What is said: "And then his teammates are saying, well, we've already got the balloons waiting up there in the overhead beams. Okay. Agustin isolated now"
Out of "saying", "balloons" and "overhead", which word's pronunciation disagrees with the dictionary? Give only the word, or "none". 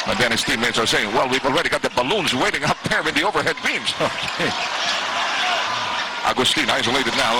none